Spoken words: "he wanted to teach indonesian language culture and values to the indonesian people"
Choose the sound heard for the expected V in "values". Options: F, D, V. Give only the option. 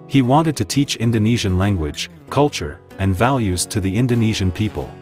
V